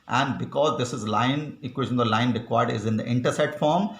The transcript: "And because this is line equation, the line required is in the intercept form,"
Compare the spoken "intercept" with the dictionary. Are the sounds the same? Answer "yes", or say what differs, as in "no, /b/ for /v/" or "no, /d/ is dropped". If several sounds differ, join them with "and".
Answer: no, /p/ is dropped